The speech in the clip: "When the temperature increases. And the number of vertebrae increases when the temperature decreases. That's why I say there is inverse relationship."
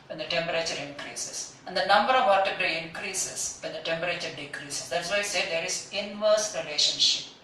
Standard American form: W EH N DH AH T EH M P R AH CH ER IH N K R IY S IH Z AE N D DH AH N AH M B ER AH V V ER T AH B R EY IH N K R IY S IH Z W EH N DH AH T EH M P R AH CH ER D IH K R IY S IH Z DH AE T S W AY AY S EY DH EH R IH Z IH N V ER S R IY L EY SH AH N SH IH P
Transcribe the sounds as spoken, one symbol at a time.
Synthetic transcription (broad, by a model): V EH N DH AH T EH M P R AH CH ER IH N K R IY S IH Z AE N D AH N AH M B ER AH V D T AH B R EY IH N K R IY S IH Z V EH N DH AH T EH M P R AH CH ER D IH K R IY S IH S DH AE T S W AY AY S EY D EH R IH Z IH N V ER S R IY L EY SH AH N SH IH P